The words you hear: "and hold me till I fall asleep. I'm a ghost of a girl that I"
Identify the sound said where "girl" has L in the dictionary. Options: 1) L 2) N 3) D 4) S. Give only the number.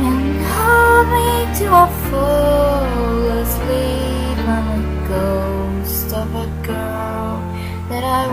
2